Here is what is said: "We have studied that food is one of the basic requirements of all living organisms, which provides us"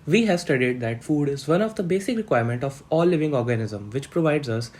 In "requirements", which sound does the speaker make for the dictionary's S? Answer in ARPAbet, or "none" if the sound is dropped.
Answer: none